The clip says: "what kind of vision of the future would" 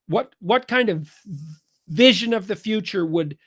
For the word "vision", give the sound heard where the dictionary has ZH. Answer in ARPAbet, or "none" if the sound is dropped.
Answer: ZH